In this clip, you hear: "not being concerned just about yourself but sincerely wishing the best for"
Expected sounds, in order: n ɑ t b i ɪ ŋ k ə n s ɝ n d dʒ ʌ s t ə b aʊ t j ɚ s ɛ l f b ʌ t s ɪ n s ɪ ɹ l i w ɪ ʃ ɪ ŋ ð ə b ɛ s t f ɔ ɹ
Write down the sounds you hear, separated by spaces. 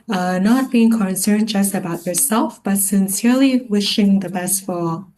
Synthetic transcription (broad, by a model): n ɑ t b i ɪ ŋ k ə n s ɝ n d dʒ ʌ s t ə b aʊ t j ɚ s ɛ l f b ʌ t s ɪ n s ɪ ɹ l i w ɪ ʃ ɪ ŋ ð ə b ɛ s t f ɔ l